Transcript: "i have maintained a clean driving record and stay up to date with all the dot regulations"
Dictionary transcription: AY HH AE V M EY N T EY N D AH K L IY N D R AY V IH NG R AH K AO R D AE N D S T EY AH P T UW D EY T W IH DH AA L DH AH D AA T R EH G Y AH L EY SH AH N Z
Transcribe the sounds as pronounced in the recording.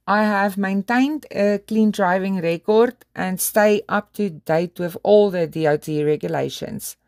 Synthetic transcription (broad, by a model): AY HH AE V M EY N T EY N D AH K L IY N D R AY V IH NG R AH K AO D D AE N D S T EY AH P T UW D EY T W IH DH AA L DH AH D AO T R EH G Y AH L EY SH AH N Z